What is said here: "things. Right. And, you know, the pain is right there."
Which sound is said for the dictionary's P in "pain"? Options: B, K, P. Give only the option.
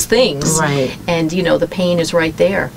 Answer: P